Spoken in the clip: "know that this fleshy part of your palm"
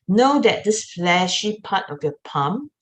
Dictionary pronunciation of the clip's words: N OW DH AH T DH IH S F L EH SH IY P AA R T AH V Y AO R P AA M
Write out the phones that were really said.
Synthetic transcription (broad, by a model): N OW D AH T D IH S F L EH SH IY P AA T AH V Y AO P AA M